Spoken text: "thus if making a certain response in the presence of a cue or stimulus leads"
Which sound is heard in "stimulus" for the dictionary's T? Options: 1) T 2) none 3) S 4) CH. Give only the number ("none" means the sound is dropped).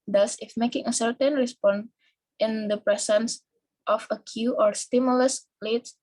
1